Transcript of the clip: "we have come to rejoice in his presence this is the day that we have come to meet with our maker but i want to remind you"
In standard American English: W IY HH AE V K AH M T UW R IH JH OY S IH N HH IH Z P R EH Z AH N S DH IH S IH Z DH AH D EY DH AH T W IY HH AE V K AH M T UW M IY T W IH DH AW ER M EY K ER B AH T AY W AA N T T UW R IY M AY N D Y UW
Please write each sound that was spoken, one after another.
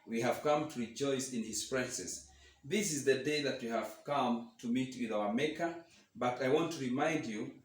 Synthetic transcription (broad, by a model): W IY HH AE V K AH M T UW R IH JH OY S IH N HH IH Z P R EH S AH S DH IH S IH Z DH AH D EY DH AH T W IY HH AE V K AH M T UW M IY T W IH DH AW ER M EY K ER B AH T AY W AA N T T UW R IY M AY N D Y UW